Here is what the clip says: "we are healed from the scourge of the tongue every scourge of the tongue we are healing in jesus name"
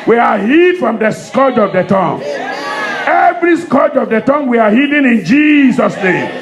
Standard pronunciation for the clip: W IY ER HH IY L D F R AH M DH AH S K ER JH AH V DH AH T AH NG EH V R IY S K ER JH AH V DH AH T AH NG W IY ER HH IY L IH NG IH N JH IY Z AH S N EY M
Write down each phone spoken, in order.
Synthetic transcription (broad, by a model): W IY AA HH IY D F R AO M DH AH S K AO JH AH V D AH T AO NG EH V R IY S K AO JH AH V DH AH T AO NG W IY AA HH IY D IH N IH N JH IY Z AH S N EY M